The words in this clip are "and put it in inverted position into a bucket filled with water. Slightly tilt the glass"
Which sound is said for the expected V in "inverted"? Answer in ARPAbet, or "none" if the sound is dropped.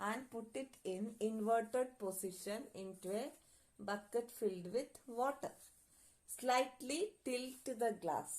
V